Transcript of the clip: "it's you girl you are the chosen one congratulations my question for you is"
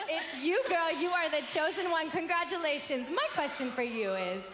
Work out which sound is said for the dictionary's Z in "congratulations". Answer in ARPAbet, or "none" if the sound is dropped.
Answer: Z